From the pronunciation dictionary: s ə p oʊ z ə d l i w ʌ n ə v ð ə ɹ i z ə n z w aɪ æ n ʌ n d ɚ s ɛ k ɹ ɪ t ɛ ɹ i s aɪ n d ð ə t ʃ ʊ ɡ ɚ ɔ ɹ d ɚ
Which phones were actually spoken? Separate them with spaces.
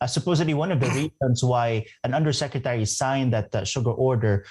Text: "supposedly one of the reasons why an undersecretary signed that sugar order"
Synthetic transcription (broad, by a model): s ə p oʊ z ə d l i w ʌ n ə v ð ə ɹ i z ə n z w aɪ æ n ʌ n d ɚ s ɛ k ɹ ɪ t ɛ ɹ i s aɪ n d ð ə t ʃ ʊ ɡ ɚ ɔ ɹ d ɚ